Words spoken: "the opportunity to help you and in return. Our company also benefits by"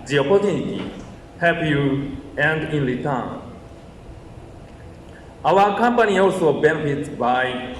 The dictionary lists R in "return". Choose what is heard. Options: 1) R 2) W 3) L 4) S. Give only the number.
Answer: 3